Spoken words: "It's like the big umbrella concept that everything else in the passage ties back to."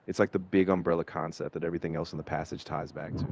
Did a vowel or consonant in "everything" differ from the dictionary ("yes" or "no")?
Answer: no